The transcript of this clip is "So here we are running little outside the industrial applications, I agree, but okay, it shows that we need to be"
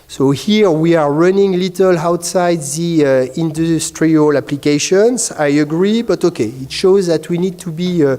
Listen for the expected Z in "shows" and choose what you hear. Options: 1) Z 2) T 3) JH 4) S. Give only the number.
1